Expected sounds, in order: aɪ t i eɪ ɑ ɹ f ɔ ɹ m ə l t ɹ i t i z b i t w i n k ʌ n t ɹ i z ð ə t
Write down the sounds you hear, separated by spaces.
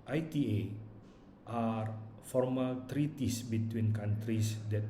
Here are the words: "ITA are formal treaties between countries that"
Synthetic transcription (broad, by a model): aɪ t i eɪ ɑ ɹ f ɔ ɹ m ə l t ɹ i t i s b i t w i n k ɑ n t ɹ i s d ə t